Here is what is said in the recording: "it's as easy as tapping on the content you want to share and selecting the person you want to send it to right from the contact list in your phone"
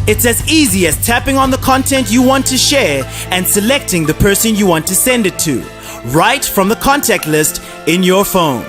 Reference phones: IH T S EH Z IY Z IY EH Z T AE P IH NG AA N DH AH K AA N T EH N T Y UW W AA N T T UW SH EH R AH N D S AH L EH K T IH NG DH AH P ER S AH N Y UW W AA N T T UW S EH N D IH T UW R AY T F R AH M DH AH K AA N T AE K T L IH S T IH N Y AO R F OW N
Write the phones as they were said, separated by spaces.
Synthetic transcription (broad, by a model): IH T S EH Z IY Z IY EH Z T AE P IH NG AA N DH AH K AA N T EH N T Y UW W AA N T T UW SH EH R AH N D S AH L EH K T IH NG DH AH P ER S AH N Y UW W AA N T T UW S EH N D IH T UW R AY T F R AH M DH AH K AA N T AE K T L IH S T IH N Y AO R F OW N